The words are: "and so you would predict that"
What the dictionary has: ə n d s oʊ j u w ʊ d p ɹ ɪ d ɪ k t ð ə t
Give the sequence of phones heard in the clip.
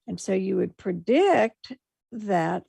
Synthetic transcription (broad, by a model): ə n s oʊ j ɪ w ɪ d p ɹ ɪ d ɪ k t ð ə t